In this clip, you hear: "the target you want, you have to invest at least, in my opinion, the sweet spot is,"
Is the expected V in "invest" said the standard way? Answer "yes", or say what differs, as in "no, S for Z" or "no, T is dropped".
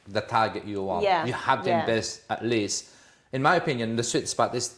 no, B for V